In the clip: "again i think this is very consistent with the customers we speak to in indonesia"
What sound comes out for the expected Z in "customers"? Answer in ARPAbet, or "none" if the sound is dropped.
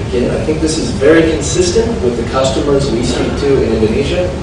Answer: Z